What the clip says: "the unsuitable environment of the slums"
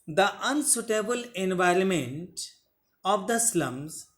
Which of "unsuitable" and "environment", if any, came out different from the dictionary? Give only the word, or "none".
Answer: none